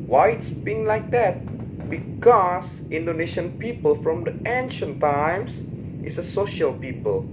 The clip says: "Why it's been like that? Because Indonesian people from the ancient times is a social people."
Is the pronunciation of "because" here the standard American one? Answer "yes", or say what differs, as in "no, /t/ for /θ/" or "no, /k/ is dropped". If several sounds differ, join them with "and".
no, /s/ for /z/